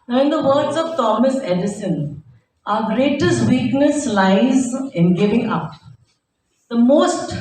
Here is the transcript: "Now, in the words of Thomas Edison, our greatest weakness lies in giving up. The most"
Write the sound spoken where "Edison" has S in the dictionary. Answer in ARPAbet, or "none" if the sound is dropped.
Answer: S